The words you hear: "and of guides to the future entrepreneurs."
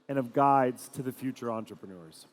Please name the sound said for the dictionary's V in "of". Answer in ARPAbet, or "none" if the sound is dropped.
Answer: V